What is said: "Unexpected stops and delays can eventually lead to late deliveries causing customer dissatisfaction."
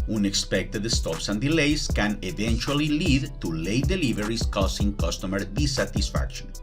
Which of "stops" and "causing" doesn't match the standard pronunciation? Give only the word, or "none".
causing